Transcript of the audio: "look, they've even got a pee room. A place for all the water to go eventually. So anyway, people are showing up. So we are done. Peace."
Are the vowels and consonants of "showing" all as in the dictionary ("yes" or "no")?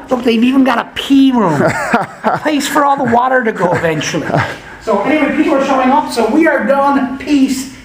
yes